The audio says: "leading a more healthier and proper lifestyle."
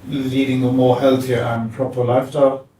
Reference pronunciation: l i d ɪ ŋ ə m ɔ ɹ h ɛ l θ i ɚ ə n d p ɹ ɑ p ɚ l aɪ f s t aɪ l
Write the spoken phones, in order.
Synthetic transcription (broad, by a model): l i d ɪ ŋ ə m ɔ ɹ h ɛ l θ i ɚ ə n p ɹ ɑ p ɚ l aɪ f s t aɪ l